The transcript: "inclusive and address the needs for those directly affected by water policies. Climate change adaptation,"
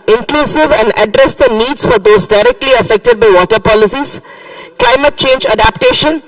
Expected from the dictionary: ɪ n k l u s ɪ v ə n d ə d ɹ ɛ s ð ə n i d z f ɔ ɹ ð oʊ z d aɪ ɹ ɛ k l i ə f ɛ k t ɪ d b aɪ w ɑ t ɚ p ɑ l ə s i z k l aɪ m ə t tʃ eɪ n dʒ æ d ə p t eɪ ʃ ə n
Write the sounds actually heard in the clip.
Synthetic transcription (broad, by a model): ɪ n k l u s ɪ v ə n d ə d ɹ ɛ s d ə n i d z f ɔ ɹ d oʊ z d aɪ ɹ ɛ k l i ə f ɛ k t ɪ d b aɪ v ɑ t ɚ p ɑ l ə s i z k l aɪ m ə t tʃ eɪ n dʒ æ d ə p t eɪ ʃ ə n